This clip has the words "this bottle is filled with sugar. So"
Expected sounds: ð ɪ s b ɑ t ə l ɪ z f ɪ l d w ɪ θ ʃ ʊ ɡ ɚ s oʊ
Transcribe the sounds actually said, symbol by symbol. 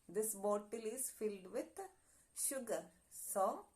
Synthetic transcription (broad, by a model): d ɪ s b ɑ t ə l ɪ z f ɪ l d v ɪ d ʃ ʊ ɡ ɚ s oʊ